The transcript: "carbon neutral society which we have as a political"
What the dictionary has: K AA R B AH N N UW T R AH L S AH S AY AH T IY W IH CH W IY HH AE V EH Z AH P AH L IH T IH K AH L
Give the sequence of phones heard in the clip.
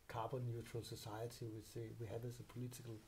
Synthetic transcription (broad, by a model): K AA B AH N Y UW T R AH L S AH S AY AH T IY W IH S W IY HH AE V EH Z AH P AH L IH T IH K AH L